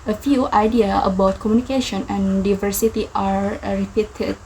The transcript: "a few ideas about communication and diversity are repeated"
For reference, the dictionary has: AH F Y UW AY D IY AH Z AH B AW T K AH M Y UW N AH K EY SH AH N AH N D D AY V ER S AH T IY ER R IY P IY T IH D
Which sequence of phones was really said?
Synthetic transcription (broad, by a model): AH F Y UW AY D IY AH AH B AW T K AH M Y UW N AH K EY SH AH N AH N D D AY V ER S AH T IY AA R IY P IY T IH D